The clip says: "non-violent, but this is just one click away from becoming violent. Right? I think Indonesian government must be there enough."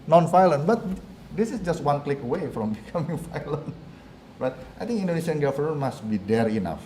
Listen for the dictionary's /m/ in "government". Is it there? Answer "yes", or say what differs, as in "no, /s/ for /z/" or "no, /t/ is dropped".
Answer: no, /m/ is dropped